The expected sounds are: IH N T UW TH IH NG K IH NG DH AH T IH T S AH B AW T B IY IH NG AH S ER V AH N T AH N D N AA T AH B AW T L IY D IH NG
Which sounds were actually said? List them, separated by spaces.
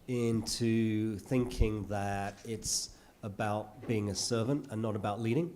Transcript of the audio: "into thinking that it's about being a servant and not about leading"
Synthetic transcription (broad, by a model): IH N T UW TH IH NG K IH NG DH AH T IH T S AH B AW T B IY IH NG AH S ER V AH N T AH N N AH T AH B AW T L IY D IH NG